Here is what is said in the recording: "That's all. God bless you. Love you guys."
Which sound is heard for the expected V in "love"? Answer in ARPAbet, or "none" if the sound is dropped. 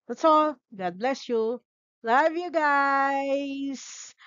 V